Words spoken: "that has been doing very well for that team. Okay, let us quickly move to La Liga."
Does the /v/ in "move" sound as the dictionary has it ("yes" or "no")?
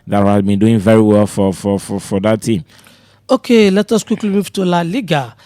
no